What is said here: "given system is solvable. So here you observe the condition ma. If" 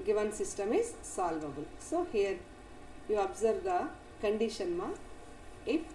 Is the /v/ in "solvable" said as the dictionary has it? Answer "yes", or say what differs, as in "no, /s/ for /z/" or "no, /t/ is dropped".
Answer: yes